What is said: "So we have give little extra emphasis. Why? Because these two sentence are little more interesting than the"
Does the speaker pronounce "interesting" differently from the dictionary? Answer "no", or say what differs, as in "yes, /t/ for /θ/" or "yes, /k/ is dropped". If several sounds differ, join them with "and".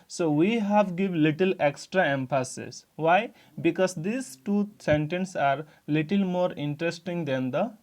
no